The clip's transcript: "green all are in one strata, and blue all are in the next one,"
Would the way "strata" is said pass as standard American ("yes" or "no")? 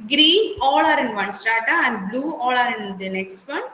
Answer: no